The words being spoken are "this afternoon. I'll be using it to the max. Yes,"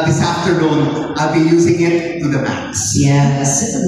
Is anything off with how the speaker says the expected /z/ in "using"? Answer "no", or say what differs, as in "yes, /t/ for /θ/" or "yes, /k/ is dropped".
no